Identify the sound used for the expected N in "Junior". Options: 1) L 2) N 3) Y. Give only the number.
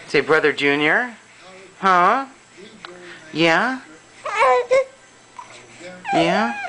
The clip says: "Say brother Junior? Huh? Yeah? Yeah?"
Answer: 2